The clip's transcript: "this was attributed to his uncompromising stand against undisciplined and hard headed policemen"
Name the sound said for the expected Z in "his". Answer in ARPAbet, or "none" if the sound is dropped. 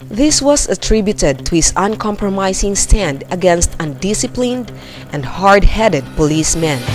S